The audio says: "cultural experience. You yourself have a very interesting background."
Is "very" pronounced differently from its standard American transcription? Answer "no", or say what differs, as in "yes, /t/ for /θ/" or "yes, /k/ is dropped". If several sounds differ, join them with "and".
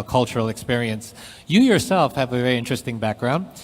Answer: no